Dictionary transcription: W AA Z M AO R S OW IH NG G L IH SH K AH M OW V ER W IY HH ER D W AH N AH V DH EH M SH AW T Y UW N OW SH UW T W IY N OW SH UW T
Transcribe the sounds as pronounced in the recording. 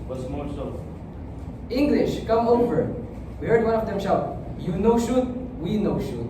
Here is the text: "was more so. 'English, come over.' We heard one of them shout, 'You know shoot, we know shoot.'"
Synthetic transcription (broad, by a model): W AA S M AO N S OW IH NG G L IH SH K AH M OW V ER W IY HH ER D W AH N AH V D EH M SH AW T Y UW N OW SH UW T W IY N OW SH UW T